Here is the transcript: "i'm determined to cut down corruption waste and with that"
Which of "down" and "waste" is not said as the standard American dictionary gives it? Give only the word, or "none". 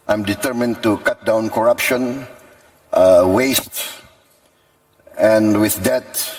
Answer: none